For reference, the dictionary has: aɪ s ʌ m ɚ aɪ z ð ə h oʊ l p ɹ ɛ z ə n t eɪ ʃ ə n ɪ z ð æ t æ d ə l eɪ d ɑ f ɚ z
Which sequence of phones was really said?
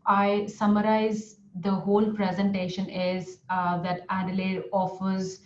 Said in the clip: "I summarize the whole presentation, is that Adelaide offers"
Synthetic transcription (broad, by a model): aɪ s ʌ m ɚ aɪ z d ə h oʊ l p ɹ ɛ z ə n t eɪ ʃ ə n ɪ z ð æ t æ d ə l eɪ d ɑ f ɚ z